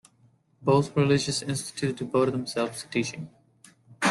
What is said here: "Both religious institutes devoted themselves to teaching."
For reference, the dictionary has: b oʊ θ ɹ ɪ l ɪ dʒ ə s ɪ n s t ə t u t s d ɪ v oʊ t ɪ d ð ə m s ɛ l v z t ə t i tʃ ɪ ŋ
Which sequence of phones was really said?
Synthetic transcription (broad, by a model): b oʊ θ ɹ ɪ l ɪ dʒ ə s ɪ n s t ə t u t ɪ b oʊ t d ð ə m s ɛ l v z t t i tʃ ɪ ŋ